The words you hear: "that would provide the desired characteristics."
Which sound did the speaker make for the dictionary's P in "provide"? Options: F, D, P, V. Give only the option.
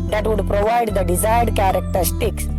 P